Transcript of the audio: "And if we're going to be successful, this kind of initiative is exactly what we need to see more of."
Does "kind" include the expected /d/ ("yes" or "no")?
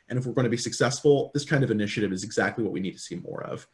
yes